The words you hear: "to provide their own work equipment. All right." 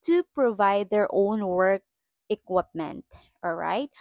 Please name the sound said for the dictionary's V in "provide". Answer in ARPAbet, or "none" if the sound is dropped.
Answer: V